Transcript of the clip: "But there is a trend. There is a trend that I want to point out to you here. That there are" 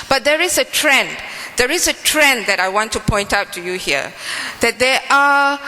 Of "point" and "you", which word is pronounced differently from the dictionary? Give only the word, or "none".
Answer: none